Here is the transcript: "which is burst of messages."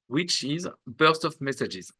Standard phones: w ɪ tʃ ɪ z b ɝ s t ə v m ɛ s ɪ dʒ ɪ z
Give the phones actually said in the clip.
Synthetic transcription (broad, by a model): w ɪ tʃ ɪ z b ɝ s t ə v m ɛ s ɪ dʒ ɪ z